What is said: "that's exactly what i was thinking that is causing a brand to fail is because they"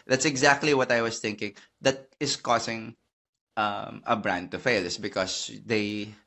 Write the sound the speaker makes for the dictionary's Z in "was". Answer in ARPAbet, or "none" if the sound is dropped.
S